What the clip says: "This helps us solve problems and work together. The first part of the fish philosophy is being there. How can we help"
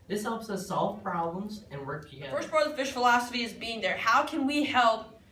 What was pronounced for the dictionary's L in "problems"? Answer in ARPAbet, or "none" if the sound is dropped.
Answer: L